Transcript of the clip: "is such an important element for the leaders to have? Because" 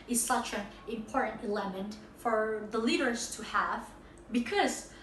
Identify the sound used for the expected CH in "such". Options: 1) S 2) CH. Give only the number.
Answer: 2